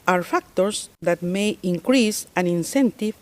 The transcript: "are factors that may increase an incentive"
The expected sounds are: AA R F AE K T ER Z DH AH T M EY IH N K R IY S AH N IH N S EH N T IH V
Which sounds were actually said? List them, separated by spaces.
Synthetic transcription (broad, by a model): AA R F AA K T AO S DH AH T M EY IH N K R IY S AH N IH N S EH N T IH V